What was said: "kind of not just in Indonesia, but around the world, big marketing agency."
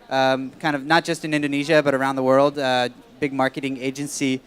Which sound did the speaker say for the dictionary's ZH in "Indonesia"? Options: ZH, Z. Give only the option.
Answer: ZH